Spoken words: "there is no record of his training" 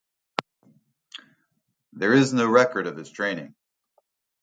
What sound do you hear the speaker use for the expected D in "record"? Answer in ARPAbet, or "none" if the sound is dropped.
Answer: D